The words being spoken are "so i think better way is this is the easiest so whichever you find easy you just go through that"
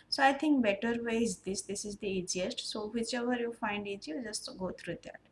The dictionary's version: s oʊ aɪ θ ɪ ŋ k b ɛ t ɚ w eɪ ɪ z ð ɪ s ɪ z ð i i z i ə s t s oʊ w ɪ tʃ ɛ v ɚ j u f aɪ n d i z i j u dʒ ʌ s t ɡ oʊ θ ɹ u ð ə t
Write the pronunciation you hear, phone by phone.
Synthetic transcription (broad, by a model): s oʊ aɪ t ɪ ŋ k b ɛ t ɚ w eɪ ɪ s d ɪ s ɪ z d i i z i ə s t s oʊ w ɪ tʃ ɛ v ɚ j u f aɪ n d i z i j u dʒ ʌ s t ɡ oʊ t ɹ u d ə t